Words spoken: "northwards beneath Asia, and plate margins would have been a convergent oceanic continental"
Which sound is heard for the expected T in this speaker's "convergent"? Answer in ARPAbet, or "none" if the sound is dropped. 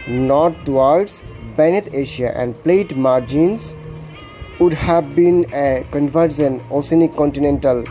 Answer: none